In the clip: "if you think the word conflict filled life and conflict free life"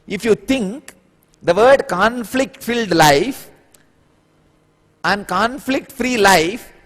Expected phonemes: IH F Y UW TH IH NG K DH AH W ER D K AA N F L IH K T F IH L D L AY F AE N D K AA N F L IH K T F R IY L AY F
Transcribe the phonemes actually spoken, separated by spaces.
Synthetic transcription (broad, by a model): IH F Y UW T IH NG K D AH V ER D K AA N F L IH K T F IH L D L AY F AE N D K AA N F L IH K T F R IY L AY F